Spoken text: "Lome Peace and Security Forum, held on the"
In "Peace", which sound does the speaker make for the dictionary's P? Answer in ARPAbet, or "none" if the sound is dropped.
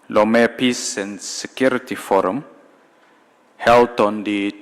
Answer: P